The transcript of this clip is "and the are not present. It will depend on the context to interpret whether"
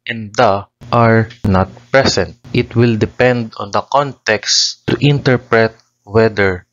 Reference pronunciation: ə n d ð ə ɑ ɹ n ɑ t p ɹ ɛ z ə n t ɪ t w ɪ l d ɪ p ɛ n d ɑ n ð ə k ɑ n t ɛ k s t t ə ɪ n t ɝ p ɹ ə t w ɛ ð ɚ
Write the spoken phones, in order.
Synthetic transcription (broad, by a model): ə n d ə ɑ ɹ n ɑ t p ɹ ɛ s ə n t ɪ t w ɪ l d ɪ p ɛ n d ɑ n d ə k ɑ n t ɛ k s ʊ t ɪ n t ɝ p ɹ ə t w ɛ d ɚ